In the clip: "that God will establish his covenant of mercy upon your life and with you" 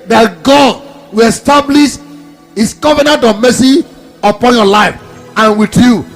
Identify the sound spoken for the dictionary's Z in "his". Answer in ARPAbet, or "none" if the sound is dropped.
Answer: S